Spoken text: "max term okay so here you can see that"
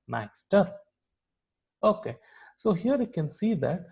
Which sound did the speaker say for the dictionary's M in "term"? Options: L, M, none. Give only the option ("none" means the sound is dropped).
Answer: none